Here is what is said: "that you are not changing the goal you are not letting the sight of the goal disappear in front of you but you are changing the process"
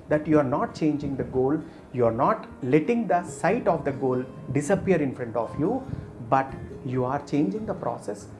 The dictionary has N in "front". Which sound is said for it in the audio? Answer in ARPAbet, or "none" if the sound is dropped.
N